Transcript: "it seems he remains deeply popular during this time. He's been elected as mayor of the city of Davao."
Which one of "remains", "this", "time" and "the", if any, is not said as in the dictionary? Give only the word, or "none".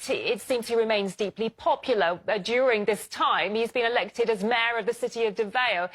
none